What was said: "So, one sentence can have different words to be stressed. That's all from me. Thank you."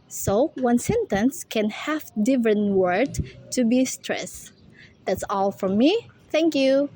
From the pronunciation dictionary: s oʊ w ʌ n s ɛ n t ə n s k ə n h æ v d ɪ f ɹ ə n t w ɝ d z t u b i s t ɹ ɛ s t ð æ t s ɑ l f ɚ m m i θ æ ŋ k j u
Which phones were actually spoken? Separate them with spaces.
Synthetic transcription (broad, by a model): s oʊ w ʌ n s ɛ n t ə n s k ə n h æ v d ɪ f ɹ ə n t w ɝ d t u b i s t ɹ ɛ s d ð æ t s ɑ l f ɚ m m i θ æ ŋ k j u